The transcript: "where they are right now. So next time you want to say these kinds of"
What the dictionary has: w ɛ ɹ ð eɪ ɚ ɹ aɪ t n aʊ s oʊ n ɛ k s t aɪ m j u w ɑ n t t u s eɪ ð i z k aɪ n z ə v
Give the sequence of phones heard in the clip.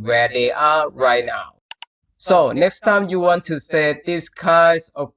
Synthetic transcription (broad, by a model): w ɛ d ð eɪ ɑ ɹ aɪ t n aʊ s oʊ n ɛ k s t aɪ m j u w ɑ n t t u s eɪ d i s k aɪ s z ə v